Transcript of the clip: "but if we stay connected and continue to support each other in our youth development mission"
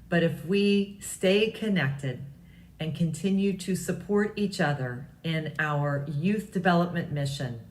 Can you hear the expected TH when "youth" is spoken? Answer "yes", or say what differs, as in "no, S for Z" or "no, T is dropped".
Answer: yes